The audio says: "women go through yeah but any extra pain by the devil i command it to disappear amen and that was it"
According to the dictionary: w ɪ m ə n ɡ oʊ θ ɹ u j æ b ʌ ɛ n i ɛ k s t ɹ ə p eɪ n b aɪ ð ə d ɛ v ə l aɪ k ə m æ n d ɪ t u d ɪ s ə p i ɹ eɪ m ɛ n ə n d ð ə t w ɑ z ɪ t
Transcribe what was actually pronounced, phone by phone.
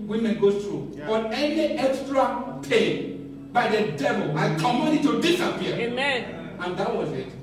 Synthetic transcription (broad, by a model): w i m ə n ɡ oʊ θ ɹ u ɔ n ɛ n i ɛ k s t ɹ ə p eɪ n b aɪ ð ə d ɛ v ə l aɪ k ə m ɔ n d ɪ t u d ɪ s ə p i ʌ eɪ m ɛ n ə n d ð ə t w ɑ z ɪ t